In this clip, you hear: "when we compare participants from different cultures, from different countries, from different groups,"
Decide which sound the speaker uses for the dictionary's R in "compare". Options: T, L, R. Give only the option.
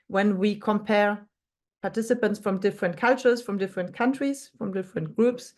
R